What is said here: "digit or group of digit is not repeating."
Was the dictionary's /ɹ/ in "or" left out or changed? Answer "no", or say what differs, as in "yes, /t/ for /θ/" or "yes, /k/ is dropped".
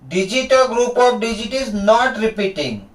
yes, /l/ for /ɹ/